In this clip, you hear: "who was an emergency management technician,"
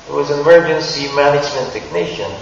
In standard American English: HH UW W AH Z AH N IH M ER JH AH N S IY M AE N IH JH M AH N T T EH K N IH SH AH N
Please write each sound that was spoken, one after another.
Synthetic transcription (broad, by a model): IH W AH Z AH N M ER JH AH N S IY M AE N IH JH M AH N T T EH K N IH SH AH N